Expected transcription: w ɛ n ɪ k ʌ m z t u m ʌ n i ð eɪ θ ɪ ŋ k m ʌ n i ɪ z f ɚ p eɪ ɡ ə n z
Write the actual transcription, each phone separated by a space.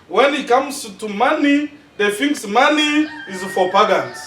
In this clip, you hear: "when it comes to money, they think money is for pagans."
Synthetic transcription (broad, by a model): w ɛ n ɪ k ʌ m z t u m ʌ n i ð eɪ f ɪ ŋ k m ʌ n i ɪ z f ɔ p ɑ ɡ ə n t